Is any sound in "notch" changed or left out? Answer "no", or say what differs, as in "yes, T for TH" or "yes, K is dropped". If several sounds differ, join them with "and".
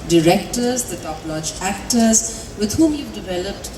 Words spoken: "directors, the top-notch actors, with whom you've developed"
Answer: yes, L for N